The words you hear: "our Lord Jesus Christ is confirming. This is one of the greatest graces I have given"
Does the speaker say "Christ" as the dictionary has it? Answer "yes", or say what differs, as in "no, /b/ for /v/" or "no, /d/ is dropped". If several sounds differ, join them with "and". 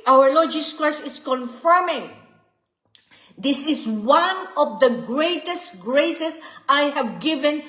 no, /t/ is dropped